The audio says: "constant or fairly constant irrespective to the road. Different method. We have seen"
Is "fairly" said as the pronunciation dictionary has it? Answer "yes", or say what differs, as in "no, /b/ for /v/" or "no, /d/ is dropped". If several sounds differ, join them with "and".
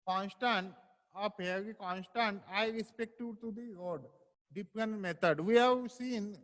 no, /p/ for /f/